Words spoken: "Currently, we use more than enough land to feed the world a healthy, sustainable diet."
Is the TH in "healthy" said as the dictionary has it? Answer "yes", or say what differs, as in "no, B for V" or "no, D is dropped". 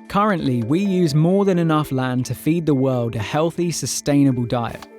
yes